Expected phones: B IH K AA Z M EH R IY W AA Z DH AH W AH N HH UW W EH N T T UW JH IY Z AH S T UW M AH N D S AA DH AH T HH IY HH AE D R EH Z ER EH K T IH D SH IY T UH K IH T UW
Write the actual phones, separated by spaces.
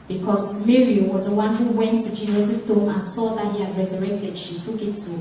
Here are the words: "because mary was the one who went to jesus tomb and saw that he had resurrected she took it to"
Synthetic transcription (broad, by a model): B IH K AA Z M EH R IY W AA Z DH AH W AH N HH UW W EH N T T UW JH IY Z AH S S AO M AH N S AA DH AH T HH IY HH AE D R EH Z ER EH K T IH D SH IY T UH K IH T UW